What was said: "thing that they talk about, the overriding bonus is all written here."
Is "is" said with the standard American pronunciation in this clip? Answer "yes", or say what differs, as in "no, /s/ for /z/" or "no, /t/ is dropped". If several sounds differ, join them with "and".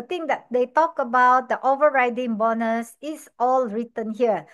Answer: no, /s/ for /z/